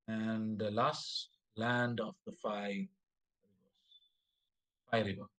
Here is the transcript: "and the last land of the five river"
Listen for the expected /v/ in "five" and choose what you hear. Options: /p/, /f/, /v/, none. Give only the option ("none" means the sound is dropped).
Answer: /f/